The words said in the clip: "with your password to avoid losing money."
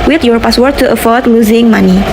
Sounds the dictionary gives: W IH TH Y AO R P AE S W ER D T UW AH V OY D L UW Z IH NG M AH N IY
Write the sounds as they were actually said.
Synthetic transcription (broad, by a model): W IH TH Y AO R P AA S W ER T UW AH F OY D L UW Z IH NG M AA N IY